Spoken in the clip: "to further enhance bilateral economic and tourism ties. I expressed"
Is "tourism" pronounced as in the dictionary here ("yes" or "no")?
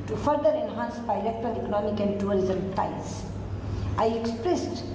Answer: no